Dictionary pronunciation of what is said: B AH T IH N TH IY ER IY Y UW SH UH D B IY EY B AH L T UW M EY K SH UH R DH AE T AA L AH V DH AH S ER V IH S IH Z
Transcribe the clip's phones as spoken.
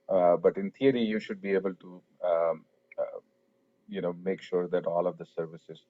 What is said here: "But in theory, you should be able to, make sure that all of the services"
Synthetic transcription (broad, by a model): B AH T IH N T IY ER IY Y UW SH UH D B IY EY B AH L T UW M EY K SH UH R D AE T AA L AH V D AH S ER V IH S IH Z